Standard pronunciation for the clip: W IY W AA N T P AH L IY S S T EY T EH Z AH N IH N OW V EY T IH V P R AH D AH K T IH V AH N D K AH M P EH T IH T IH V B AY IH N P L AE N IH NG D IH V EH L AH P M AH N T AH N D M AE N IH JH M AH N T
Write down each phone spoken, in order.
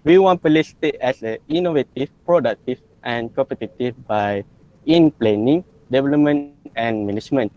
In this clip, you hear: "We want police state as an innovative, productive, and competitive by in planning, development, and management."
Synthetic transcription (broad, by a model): W IY W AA N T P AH L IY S S T EY T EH S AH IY N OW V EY T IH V P R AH D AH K T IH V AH N K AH M P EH T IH T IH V B AY IH N P L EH N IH NG D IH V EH L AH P M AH N AH N M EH N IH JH M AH N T